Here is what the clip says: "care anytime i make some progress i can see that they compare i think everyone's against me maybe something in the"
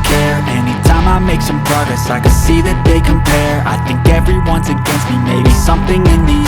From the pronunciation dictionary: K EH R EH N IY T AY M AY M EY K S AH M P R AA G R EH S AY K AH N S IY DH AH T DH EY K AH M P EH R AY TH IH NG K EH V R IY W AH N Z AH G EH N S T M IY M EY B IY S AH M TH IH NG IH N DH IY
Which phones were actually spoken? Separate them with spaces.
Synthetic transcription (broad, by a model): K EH R EH N IY T AY M AY M EY K S AH M P R AA G R EH S AY K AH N S IY DH AH T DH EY K AH M P EH R AY TH IH NG K EH V R IY W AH N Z AH G EH N S T M IY M EY B IY S AH M TH IH NG IH N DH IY